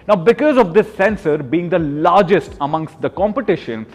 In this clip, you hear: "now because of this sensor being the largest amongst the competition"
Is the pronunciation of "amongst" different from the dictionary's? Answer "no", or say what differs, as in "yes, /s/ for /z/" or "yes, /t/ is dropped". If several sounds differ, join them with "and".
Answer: no